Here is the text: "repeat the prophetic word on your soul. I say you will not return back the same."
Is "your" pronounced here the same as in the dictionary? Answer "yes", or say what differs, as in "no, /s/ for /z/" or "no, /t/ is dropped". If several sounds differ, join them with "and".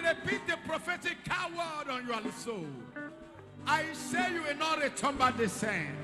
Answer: no, /l/ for /ɹ/